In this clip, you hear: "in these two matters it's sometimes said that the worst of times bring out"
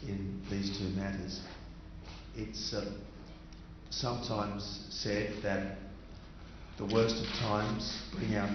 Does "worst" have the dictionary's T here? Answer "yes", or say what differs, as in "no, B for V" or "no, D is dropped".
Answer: yes